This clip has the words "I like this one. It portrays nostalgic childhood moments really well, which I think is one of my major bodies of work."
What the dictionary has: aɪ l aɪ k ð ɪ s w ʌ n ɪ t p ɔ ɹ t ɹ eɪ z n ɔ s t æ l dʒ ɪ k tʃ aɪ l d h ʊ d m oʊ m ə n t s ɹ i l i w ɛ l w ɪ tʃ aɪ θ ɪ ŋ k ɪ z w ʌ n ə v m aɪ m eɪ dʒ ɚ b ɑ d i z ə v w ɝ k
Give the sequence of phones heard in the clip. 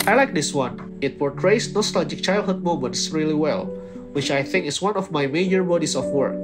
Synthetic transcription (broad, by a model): aɪ l aɪ k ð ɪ s w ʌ n ɪ t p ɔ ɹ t ɹ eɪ s n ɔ s t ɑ l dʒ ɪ k tʃ aɪ l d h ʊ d m oʊ m ə n t s ɹ i l i w ɛ l w ɪ tʃ aɪ θ ɪ ŋ k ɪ s w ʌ n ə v m aɪ m eɪ dʒ ɚ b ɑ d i s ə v w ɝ k